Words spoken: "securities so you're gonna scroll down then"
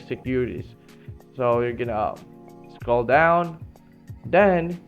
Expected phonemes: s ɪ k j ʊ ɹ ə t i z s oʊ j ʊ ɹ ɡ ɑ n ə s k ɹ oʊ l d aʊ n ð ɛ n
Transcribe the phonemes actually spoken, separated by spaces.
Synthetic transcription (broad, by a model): s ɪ k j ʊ ɹ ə t i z s oʊ j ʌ ɹ ɡ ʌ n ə s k oʊ l d aʊ n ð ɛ n